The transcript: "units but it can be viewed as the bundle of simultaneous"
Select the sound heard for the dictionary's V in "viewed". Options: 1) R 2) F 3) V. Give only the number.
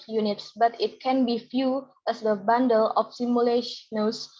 2